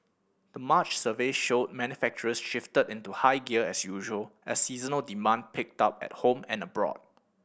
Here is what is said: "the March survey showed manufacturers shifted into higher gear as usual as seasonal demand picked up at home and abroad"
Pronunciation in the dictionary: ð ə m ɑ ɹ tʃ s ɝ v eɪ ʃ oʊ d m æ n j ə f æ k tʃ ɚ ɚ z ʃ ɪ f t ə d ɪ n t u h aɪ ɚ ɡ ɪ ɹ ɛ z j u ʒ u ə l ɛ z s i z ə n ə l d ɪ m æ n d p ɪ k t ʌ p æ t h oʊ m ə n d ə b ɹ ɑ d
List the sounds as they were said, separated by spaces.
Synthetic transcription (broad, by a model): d ə m ɑ tʃ s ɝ v eɪ ʃ oʊ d m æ n j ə f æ k tʃ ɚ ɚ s ʃ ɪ f t ə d ɪ n t u h aɪ ɡ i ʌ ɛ s j u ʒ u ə l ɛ s i z ə n ə l d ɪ m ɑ n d p ɪ k t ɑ p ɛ t h oʊ m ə n ə b ɹ ɑ d